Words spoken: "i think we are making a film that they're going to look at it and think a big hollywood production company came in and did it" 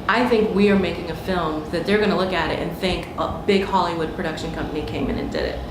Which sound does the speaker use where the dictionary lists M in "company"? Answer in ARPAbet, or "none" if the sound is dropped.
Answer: M